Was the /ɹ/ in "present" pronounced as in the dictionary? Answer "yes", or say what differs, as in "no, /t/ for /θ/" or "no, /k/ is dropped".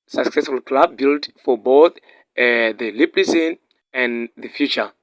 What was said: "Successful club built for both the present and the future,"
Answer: no, /l/ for /ɹ/